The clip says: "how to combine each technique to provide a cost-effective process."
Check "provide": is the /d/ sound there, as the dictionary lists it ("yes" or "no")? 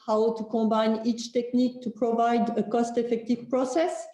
yes